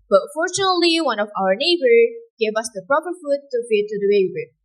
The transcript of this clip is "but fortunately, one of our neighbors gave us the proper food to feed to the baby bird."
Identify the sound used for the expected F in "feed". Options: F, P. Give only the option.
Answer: P